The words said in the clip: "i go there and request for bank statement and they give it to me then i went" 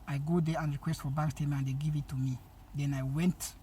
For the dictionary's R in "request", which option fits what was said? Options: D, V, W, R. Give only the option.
R